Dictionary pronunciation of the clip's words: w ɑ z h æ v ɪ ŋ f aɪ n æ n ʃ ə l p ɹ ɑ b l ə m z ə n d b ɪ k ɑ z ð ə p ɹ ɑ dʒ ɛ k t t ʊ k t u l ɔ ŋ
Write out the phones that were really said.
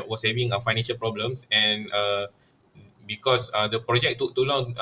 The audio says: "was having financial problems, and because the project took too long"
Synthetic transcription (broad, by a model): w ɑ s h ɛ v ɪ ŋ f aɪ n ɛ n ʃ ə l p ɹ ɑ b l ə m s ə n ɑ b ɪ k ɑ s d ə p ɹ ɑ dʒ ɛ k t t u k t u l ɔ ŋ